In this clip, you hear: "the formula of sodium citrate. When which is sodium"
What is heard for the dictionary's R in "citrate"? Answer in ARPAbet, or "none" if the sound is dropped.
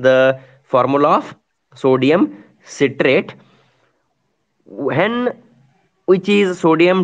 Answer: R